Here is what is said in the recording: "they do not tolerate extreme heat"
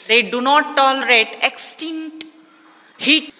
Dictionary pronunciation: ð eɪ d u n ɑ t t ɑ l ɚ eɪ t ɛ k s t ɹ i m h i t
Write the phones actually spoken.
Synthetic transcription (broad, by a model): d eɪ d u n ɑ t t ɑ l ɚ eɪ t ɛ k s t i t h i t